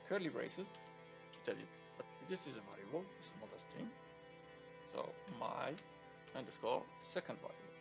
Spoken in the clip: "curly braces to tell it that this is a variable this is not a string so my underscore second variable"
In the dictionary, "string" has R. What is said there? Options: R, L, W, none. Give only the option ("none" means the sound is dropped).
none